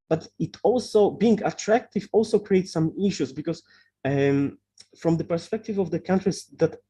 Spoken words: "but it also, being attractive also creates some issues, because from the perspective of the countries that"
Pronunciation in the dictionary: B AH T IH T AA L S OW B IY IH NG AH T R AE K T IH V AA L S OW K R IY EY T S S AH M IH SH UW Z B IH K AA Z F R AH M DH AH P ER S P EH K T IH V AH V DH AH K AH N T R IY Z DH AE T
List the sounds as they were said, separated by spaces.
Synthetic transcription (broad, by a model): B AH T IH T AA L S OW B IY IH NG AH T R AE K T IH V AA L S OW K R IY EY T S S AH M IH SH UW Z B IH K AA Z F R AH M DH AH P ER S P EH K T IH V AH V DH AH K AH N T R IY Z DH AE T